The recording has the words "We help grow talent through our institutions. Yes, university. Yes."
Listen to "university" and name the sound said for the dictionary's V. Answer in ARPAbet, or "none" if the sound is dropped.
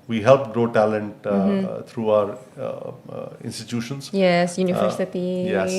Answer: F